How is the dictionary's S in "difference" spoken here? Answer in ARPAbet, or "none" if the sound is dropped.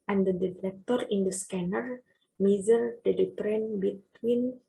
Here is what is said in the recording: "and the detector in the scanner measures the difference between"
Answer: none